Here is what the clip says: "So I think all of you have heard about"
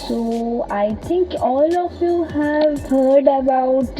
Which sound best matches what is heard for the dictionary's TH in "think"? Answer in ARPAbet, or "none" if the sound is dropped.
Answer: T